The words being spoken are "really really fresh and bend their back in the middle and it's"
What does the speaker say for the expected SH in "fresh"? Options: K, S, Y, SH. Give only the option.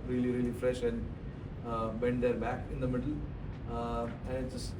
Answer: SH